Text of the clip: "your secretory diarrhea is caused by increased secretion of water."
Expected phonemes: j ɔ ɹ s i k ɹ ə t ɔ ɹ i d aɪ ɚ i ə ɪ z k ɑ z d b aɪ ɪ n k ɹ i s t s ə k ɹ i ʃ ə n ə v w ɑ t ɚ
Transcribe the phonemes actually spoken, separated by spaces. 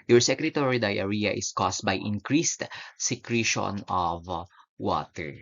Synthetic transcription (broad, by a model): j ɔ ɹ s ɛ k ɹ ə t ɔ ɹ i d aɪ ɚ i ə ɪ s k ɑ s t b aɪ ɪ n k ɹ i s t s ə k ɹ i ʃ ə n ə v w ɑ t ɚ